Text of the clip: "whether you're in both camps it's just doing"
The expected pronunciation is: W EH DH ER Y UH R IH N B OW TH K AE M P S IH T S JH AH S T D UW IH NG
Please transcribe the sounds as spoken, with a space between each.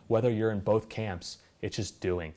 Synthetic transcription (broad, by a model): W EH DH ER Y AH R IH N B OW TH K AE M P S IH T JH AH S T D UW IH NG